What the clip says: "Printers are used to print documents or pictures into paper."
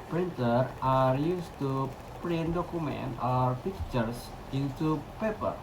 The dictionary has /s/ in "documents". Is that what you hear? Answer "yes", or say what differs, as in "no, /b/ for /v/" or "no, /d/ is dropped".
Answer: no, /s/ is dropped